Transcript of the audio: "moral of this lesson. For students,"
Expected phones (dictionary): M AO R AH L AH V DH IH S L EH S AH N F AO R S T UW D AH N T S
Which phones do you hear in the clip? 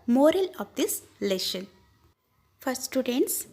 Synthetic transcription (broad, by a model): M AO R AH L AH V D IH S L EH SH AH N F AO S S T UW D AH N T S